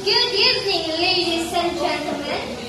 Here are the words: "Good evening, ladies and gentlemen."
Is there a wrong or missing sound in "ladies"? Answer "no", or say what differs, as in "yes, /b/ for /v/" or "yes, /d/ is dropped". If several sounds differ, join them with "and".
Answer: yes, /s/ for /z/